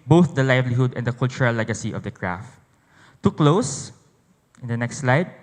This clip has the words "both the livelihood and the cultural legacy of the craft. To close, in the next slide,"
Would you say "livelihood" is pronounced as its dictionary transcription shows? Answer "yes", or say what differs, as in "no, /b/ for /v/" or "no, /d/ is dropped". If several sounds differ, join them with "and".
yes